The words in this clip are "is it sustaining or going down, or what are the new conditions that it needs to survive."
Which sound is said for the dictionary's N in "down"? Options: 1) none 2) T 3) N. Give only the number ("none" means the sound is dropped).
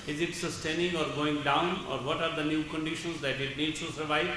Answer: 3